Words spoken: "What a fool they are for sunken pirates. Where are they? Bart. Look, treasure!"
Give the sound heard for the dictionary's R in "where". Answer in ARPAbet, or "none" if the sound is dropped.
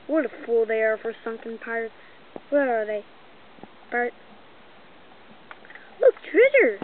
L